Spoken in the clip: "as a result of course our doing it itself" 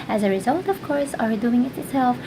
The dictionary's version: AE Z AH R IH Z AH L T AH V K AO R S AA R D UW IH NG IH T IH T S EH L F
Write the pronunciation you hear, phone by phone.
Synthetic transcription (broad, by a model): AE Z AH R IH Z AH L T AH V K AO R S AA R D UW IH NG IH T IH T S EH L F